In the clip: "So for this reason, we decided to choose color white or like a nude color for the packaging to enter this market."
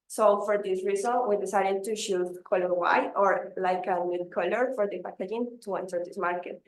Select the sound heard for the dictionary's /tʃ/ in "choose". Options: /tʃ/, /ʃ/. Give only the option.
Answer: /ʃ/